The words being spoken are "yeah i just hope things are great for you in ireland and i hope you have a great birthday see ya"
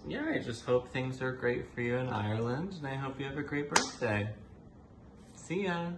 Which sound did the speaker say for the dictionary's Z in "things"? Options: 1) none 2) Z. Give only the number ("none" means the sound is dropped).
2